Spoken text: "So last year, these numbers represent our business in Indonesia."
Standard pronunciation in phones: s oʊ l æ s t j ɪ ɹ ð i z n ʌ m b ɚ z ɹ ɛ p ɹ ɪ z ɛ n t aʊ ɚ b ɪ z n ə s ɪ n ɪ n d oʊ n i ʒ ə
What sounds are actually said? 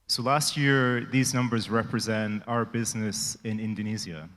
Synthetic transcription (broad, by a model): s oʊ l æ s t j ɪ ɹ ð i z n ʌ m b ɚ z ɹ ɛ p ɹ ɪ z ɛ n t aʊ ɚ b ɪ z n ə s ɪ n ɪ n d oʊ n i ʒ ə